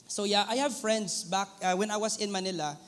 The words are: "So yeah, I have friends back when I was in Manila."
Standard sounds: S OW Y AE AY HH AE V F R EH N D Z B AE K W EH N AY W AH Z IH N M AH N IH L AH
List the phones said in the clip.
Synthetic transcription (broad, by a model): S OW Y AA AY HH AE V F R EH N D S B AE K W EH N AY W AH S IH N M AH N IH L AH